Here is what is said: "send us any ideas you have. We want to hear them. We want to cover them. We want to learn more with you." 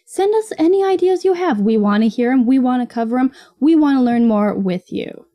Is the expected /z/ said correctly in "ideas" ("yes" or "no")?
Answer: yes